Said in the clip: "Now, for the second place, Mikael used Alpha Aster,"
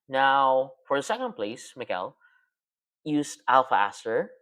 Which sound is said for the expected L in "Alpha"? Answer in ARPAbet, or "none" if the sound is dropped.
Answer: L